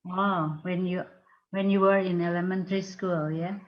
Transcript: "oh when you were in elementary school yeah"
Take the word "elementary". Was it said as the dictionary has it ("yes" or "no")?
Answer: yes